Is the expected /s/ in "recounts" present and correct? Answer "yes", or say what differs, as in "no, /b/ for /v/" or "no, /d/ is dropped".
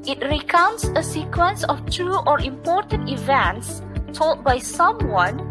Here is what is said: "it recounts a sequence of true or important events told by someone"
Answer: yes